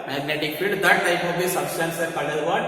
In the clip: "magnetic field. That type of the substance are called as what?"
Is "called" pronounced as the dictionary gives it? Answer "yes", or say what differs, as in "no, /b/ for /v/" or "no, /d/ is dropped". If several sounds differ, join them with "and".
no, /l/ is dropped